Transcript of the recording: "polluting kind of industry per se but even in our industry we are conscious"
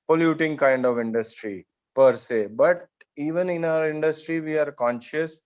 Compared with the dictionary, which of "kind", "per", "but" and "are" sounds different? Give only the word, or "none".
none